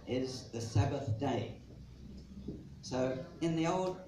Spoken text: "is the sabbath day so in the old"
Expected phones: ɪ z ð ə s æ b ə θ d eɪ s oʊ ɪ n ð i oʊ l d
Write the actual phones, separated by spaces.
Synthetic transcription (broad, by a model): ɪ z ð ə s æ b ə θ d eɪ s oʊ ɪ n ð i oʊ l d